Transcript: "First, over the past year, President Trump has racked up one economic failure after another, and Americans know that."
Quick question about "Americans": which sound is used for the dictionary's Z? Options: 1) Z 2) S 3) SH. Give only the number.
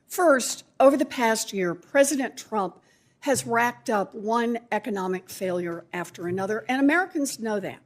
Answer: 1